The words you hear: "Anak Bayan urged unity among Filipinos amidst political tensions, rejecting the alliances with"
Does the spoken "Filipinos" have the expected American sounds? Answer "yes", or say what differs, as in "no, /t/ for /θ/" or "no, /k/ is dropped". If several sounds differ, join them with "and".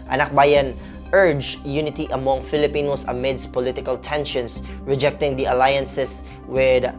no, /s/ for /z/